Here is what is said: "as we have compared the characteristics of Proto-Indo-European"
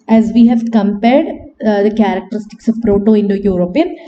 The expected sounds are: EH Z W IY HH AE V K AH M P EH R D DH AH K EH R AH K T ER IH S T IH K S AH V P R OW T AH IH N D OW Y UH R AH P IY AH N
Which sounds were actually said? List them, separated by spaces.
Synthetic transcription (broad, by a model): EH Z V IY HH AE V K AH M P EH R D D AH K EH R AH K T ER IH S T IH K S AH V P R OW T AH IH N D OW Y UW R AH P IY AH N